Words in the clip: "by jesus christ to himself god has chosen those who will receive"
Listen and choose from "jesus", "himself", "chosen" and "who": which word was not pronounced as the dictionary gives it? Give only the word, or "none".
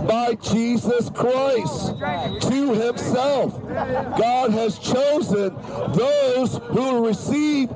none